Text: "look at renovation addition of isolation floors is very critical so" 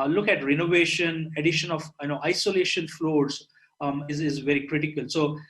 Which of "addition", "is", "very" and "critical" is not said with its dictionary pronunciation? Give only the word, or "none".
none